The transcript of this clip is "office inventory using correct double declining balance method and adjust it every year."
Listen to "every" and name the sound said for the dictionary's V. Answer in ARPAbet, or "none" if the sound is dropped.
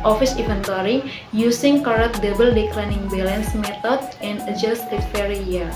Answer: none